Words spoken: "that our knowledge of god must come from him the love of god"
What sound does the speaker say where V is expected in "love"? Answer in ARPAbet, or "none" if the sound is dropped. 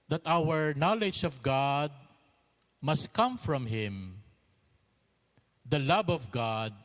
B